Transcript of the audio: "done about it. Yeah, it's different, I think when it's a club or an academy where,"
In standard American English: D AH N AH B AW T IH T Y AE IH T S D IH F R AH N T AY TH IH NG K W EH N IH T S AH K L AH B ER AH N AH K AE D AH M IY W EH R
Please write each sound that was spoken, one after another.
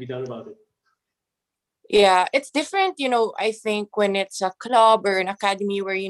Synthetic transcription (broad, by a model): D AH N AH B AW T IH T Y AE IH T S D IH F R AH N T AY TH IH NG K W EH N IH T S AH K L AH B ER AH N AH K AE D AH M IY W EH R